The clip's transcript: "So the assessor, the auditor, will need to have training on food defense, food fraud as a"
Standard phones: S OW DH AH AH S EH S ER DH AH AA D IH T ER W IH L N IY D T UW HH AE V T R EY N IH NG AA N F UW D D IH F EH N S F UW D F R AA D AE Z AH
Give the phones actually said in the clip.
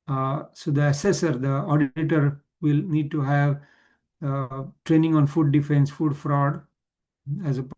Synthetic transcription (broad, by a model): S OW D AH AH S EH S ER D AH AA D IH T ER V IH L N IY D T UW HH AE V T R EY N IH NG AA N F UW D D IH F EH N S F UW D F R AA D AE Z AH